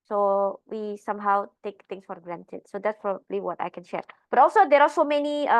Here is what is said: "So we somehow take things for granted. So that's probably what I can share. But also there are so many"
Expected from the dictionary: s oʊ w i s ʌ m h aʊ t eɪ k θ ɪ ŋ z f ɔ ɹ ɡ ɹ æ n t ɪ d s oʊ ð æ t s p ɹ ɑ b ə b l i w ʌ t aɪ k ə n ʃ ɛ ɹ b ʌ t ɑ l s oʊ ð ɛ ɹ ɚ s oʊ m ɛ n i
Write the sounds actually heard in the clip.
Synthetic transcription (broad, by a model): s oʊ w i s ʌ m h aʊ t eɪ k t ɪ ŋ s f ɔ ɹ ɡ ɹ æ n t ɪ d s oʊ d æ t s p ɹ ɑ b ə b l i w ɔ t aɪ k ə n ʃ ɛ ɹ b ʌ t ɑ l s oʊ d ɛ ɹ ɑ s oʊ m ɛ n i